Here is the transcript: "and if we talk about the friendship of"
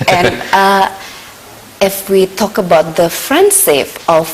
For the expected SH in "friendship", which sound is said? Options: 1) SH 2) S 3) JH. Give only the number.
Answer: 2